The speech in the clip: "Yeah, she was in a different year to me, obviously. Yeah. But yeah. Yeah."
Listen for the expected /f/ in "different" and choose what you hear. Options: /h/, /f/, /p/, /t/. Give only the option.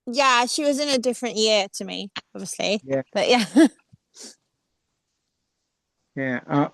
/f/